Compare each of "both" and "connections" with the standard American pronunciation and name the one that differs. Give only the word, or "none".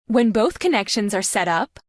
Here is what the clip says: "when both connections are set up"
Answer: none